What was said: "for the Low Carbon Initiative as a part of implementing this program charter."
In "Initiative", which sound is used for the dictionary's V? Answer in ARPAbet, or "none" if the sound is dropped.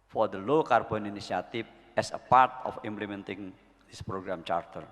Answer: F